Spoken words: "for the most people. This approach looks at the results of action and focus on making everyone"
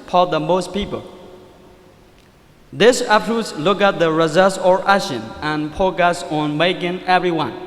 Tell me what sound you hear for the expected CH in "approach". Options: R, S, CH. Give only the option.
S